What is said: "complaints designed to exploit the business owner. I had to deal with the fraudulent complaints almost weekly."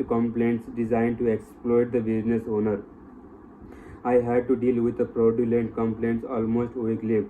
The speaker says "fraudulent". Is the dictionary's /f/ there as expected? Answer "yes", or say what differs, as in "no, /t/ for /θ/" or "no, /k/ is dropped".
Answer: no, /p/ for /f/